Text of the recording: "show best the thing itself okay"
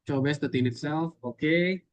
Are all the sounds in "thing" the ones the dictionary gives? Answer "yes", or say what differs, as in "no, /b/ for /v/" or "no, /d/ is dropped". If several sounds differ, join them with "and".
no, /t/ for /θ/